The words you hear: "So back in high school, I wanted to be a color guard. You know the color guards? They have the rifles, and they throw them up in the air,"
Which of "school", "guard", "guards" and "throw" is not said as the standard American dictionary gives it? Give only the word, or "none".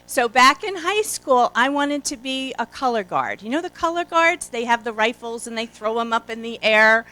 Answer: none